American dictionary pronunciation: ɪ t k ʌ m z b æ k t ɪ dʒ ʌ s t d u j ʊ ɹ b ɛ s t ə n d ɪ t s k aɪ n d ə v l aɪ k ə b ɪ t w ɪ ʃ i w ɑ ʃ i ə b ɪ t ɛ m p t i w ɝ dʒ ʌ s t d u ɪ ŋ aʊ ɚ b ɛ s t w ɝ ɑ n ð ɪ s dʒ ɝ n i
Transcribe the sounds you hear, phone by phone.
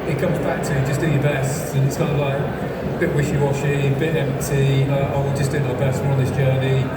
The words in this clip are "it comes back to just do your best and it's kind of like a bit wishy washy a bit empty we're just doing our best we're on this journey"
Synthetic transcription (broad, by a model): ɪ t k ʌ m z b æ k t ɪ dʒ ʌ s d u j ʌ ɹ b ɛ s t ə n ɪ t s k aɪ n d ə v l aɪ k b ɪ t w ɪ ʃ i w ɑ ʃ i ə b ɪ t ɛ m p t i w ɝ dʒ ʌ s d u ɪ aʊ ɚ b ɛ s t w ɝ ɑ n ð ɪ s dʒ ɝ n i